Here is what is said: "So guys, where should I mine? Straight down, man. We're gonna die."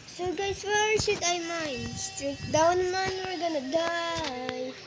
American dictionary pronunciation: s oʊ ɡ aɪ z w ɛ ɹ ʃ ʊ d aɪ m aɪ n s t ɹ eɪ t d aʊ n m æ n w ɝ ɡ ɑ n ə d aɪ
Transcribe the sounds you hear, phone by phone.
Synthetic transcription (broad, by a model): s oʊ ɡ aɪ s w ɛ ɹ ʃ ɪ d aɪ m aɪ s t eɪ d aʊ n m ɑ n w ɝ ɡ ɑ n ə d aɪ